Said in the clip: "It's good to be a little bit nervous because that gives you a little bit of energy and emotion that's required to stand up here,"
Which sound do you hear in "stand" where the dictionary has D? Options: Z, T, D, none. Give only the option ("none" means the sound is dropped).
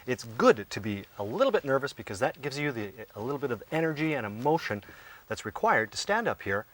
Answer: D